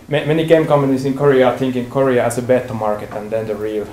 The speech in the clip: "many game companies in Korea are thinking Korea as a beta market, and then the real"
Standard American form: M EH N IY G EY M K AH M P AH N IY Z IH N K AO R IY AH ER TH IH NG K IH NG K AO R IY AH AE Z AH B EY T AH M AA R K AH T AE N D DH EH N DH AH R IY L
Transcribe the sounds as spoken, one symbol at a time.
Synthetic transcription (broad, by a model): M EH N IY G EY M K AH M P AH N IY S IH N K AO R IY AH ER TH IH NG K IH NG K AO R IY AH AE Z AH B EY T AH M AA R K AH T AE N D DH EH N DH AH R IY L